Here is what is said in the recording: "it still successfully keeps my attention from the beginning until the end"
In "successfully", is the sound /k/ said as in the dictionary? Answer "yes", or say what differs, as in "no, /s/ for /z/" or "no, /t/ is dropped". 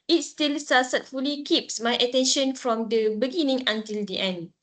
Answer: no, /k/ is dropped